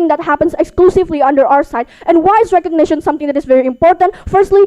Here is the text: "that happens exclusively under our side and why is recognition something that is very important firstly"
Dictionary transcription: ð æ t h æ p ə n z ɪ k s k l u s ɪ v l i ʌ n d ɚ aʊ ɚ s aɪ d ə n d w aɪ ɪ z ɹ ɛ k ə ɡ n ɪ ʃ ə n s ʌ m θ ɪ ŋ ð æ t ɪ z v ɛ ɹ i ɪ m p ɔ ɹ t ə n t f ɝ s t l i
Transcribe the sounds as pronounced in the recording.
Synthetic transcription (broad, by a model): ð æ t h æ p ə n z ɪ k s k l u s ɪ v l i ʌ n d ɚ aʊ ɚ s aɪ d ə n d w aɪ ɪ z ɹ ɛ k ə ɡ n ɪ ʃ ə n s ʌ m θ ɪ ŋ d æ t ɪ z v ɛ ɹ i ɪ m p ɔ ɹ t ə n t f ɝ s t l i